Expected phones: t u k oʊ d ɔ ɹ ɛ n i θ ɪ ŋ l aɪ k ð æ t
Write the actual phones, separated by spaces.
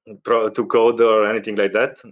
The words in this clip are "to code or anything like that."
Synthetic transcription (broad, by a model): t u k oʊ d ɔ ɹ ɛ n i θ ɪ ŋ l aɪ k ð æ t